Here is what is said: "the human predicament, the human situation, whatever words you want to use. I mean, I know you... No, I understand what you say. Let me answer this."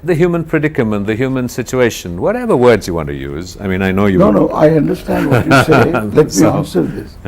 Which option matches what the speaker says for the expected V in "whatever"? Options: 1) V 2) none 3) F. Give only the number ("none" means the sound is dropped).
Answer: 1